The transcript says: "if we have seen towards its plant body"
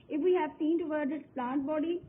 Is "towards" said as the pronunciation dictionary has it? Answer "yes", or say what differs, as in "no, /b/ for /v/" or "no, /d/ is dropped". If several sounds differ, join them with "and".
no, /z/ is dropped